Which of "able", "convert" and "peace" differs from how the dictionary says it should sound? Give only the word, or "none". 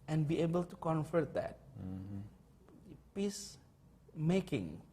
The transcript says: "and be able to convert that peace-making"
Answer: convert